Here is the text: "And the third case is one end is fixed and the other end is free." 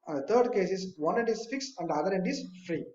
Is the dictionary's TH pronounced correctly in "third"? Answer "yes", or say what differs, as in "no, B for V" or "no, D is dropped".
no, T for TH